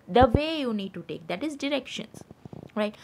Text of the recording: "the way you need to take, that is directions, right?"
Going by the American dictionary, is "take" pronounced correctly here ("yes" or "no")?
yes